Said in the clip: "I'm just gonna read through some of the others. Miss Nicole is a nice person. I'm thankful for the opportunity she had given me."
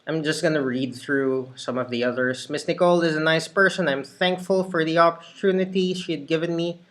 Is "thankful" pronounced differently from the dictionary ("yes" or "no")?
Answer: no